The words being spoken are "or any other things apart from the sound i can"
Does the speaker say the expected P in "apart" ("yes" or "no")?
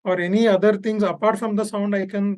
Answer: yes